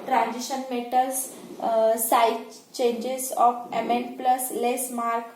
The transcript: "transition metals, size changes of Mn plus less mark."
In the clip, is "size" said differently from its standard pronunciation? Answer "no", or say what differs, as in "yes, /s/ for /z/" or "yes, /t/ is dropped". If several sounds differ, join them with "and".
yes, /z/ is dropped